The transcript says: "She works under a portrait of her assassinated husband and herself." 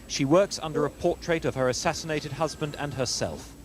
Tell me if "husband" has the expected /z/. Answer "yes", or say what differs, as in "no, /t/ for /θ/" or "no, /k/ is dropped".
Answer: yes